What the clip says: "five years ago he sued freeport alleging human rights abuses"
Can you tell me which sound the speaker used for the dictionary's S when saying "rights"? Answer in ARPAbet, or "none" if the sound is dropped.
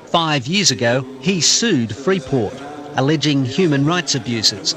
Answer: S